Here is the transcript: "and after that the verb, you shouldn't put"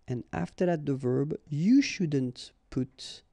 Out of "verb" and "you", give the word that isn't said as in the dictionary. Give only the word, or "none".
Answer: none